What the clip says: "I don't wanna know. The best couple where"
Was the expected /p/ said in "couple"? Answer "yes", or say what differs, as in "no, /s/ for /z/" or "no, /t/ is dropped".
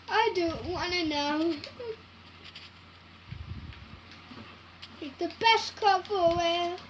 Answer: no, /f/ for /p/